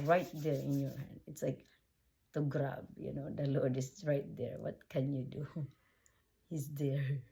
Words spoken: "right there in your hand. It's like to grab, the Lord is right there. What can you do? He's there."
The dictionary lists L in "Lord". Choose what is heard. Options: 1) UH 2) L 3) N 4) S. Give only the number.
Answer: 3